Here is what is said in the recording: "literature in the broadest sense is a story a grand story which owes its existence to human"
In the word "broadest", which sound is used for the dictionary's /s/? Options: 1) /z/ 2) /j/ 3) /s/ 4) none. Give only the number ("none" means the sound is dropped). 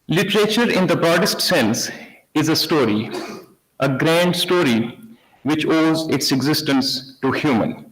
3